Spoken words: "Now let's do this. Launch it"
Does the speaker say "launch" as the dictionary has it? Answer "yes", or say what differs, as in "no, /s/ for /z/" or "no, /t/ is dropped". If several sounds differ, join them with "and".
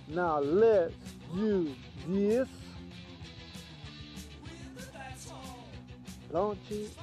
no, /n/ is dropped